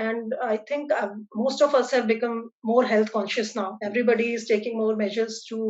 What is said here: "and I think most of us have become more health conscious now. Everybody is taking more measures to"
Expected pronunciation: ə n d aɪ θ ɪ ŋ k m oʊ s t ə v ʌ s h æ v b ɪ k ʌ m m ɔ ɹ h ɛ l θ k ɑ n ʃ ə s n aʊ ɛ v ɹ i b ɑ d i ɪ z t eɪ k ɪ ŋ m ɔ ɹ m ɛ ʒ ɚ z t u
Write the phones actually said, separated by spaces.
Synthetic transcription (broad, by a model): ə n d aɪ t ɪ ŋ k m oʊ s t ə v ʌ s h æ v b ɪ k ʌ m m ɔ ɹ h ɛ l t k ɑ n ʃ ə s n aʊ ɛ v ɹ i b ɑ d i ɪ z t eɪ k ɪ ŋ m ɔ ɹ m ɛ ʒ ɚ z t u